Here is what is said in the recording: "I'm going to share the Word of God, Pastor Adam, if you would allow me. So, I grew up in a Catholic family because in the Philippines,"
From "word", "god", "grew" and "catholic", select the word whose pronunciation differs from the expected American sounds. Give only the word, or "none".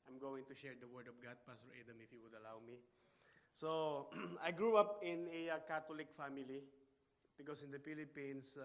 catholic